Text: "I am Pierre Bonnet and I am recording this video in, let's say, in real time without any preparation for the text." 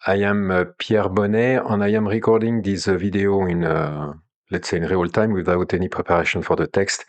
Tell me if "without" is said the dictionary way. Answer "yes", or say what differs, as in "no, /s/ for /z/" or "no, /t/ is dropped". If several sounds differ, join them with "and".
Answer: yes